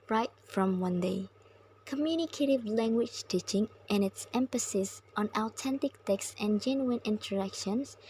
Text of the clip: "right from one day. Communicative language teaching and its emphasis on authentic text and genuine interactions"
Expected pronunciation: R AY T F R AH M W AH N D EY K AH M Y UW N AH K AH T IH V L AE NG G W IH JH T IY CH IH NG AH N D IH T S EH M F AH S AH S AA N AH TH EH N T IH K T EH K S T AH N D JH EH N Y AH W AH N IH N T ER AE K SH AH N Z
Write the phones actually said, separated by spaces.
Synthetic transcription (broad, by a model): R AY T F R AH M W AH N D EY K AH M Y UW N AH K AH T IH V L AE NG G W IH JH T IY CH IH NG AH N IH T S EH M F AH S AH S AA N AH T EH N T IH K T EH K S T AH N JH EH N Y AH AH N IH N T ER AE K SH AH N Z